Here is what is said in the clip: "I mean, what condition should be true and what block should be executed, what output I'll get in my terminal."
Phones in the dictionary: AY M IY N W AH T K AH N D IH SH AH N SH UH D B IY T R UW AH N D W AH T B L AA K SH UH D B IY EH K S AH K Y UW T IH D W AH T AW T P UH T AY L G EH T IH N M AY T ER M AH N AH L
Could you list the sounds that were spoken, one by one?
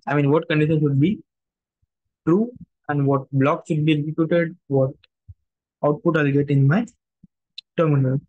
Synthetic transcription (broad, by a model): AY M IY N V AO T K AH N D IH SH AH N SH UH D B IY T R UW AH N D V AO T B L AA K SH UH D B IY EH S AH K Y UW T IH D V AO T AW T P UH T AY L G EH T IH N M AY T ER M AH N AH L